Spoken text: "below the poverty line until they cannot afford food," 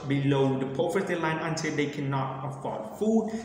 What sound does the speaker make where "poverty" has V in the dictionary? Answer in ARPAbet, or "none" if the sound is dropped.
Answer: F